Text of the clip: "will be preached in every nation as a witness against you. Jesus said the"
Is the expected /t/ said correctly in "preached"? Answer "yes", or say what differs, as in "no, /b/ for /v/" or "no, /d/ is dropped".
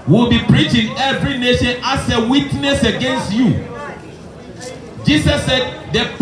no, /t/ is dropped